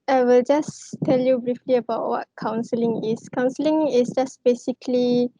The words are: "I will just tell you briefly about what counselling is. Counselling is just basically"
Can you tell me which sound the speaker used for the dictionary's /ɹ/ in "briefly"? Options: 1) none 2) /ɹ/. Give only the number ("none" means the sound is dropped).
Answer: 2